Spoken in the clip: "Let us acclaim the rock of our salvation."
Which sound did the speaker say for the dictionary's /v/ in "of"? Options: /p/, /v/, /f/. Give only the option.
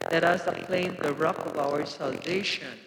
/v/